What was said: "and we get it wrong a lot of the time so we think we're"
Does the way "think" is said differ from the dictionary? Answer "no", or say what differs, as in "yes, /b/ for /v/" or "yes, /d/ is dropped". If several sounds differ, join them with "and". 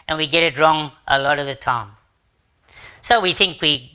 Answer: no